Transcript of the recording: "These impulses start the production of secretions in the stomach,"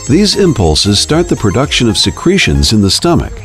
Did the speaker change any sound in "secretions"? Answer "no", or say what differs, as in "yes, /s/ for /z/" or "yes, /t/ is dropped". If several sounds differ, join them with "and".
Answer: no